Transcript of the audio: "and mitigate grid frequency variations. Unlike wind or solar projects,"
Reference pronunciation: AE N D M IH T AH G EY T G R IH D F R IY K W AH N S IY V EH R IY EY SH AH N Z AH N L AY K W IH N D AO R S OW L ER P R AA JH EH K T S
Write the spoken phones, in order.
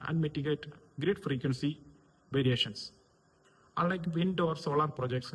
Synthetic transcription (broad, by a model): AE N D M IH T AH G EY T G R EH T F R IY K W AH N S IY V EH R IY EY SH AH N S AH L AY K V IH N D AO R S OW L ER P R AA JH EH K T S